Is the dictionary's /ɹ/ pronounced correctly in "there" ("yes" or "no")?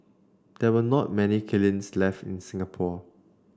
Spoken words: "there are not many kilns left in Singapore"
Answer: no